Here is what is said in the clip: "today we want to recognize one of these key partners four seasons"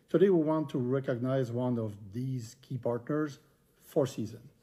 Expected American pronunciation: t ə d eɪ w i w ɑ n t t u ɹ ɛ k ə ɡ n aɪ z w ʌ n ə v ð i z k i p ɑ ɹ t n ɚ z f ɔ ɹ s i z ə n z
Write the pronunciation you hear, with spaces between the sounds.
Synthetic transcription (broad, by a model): t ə d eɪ w i w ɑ n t t u ɹ ɛ k ə ɡ n aɪ z w ʌ n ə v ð i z k i p ɑ ɹ t n ɚ z f ɔ ɹ s i z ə n